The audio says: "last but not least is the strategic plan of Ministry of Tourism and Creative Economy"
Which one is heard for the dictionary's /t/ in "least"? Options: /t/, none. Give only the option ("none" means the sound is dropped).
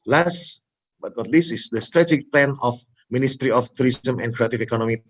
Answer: none